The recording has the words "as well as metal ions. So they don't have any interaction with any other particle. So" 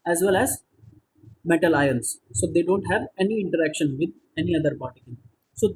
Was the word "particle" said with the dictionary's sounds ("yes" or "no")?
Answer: no